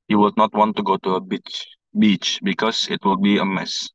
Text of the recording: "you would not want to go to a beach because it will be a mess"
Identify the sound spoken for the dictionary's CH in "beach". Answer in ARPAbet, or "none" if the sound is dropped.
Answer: CH